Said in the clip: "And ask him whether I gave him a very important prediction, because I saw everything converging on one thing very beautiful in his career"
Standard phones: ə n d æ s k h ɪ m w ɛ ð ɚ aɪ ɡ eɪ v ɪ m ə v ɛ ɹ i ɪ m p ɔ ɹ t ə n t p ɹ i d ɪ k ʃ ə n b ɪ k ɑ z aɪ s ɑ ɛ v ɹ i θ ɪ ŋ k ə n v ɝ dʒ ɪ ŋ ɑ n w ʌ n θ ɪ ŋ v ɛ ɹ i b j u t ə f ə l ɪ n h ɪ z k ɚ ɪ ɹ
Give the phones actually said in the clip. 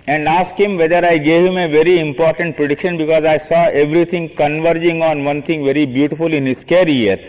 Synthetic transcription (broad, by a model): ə n d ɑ s k h ɪ m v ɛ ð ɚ aɪ ɡ eɪ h ɪ m ə v ɛ ɹ i ɪ m p ɔ ɹ t ə n t p ɹ i d ɪ k ʃ ə n b ɪ k ɑ z aɪ s ɑ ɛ v ɹ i t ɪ ŋ k ə n v ɝ dʒ ɪ ŋ ɑ n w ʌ n t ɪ ŋ v ɛ ɹ i b j u t ə f ə l ɪ n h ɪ s k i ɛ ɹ